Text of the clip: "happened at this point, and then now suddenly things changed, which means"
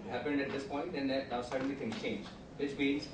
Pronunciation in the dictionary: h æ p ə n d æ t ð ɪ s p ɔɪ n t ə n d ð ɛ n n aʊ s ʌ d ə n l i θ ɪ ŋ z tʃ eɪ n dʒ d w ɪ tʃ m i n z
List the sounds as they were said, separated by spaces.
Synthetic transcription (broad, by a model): h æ p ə n d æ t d ɪ s p ɔɪ n t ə n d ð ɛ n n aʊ s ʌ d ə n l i t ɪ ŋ tʃ eɪ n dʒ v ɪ tʃ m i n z